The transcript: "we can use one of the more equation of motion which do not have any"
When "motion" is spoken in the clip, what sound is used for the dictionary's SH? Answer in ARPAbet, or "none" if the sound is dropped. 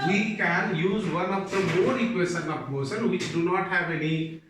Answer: S